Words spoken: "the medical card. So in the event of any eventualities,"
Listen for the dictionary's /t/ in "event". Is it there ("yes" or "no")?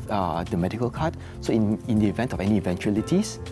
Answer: yes